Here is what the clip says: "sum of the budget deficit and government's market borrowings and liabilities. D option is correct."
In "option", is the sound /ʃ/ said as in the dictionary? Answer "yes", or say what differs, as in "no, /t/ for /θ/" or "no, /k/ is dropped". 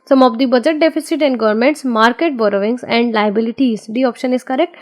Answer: yes